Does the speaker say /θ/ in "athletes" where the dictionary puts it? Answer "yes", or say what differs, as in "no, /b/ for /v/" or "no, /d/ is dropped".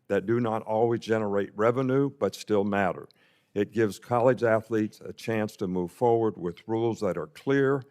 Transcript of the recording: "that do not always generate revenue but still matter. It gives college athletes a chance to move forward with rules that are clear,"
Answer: yes